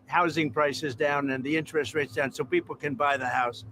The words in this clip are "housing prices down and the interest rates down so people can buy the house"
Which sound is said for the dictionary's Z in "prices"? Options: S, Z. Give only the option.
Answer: Z